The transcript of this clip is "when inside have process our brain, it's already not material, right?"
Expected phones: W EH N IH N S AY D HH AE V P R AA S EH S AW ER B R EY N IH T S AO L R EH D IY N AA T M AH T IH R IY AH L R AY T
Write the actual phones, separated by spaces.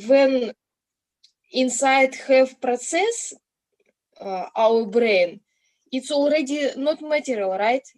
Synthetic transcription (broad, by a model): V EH N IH N S AY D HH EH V P R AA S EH S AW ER B R EY N IH T S AO L R EH D IY N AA T M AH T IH R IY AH L R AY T